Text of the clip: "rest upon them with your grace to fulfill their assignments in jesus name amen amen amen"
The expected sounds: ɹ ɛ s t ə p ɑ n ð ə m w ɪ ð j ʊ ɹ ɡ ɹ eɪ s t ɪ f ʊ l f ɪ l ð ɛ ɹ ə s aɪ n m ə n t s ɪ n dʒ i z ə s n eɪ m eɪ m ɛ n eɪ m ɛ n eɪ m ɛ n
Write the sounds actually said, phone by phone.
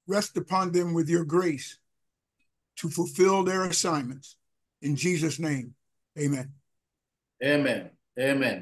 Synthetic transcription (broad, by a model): ɹ ɛ s t ə p ɑ n ð ə m w ɪ ð j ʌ ɹ ɡ ɹ eɪ s t ɪ f ʊ l f ɪ l ð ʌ ɹ ə s aɪ n m ə n t s ɪ n dʒ i z ə s n eɪ m eɪ m ɛ n eɪ m ɛ n eɪ m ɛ n